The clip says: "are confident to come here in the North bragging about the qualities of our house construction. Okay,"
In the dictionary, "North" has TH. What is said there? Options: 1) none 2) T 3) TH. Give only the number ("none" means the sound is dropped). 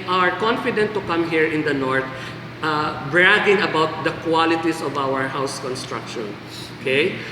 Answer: 2